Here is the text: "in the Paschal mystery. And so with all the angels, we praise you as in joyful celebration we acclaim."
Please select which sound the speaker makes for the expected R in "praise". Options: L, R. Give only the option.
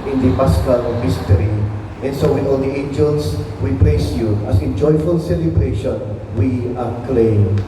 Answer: L